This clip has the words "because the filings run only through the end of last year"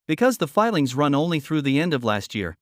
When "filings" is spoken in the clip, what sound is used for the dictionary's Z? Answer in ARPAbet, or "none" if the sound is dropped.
Z